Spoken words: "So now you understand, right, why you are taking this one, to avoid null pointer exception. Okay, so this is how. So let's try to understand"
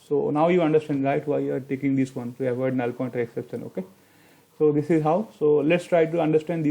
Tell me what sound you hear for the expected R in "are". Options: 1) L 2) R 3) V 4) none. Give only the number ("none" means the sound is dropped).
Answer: 2